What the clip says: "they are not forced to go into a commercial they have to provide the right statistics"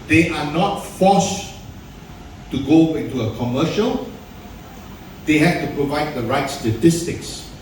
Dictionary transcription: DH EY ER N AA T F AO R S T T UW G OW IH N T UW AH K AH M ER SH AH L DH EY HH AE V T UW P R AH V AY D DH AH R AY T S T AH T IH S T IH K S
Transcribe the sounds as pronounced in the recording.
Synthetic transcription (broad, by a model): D EY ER N AA T F AO S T T UW G OW IH N T UW AH K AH M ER SH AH L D EY HH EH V T UW P R AH V AY D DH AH R AY T S T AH T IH S T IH K S